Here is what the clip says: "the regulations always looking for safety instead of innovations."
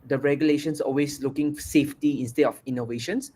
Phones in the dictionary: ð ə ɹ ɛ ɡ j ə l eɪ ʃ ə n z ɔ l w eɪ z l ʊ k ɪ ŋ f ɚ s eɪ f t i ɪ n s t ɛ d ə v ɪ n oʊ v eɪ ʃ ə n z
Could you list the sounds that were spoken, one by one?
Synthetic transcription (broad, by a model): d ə ɹ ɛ ɡ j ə l eɪ ʃ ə n s ɔ l w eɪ s l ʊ k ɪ ŋ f s eɪ f t i ɪ n s t ɛ d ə f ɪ n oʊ v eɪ ʃ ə n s